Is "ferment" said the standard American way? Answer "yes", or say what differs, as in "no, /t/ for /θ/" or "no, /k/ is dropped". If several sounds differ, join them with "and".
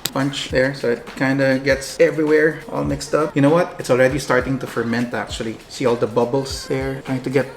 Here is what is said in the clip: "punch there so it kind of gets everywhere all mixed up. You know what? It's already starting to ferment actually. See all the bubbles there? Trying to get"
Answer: yes